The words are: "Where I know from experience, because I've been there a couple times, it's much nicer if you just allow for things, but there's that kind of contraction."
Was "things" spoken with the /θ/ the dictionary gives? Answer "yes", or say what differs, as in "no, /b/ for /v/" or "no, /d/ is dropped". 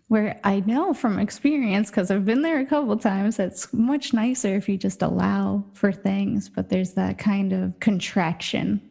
yes